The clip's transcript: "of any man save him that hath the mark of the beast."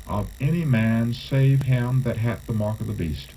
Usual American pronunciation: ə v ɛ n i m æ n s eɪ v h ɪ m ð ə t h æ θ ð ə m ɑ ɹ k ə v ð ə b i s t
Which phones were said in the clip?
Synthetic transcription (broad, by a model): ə v ɛ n i m æ n s eɪ v h ɪ m ð ə t h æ t ð ə m ɑ ɹ k ə v ð ə b i s t